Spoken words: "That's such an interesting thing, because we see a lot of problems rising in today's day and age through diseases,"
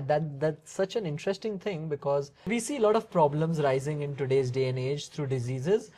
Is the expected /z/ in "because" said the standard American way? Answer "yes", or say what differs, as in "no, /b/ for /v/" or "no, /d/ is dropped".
yes